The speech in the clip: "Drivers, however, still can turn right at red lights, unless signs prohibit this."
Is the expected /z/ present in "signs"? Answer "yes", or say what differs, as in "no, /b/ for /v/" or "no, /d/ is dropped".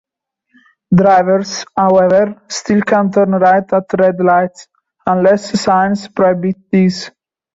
no, /s/ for /z/